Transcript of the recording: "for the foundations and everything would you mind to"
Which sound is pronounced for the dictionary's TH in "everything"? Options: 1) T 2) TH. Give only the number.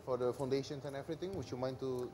1